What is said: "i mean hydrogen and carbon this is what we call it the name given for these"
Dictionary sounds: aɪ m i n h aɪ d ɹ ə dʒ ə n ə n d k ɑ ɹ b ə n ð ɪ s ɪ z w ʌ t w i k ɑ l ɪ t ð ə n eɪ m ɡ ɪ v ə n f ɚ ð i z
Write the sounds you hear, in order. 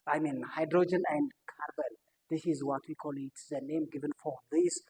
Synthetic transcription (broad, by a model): aɪ m i n h aɪ d ɹ ə dʒ ə n ə n d k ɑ ɹ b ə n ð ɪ s ɪ z w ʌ t w i k ɑ l ɪ t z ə n eɪ m ɡ ɪ v ə n f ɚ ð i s